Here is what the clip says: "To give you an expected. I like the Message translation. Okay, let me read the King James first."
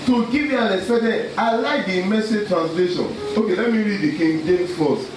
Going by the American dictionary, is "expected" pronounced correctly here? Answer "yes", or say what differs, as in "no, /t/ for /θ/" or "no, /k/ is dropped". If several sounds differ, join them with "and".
no, /k/ is dropped and /p/ is dropped and /k/ is dropped